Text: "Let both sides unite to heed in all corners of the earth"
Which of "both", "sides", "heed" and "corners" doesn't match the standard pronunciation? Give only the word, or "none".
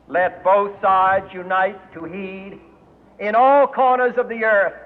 none